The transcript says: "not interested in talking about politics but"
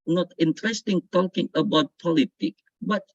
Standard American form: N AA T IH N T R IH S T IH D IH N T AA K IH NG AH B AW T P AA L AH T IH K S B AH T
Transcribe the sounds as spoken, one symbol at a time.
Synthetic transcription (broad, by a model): N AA T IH N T R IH S T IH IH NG T AA K IH NG AH B AW T P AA L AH T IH K B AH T